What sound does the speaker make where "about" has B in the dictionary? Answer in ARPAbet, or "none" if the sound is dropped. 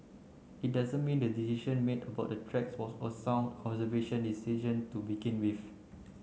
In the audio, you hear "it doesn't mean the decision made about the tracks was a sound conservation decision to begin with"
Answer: B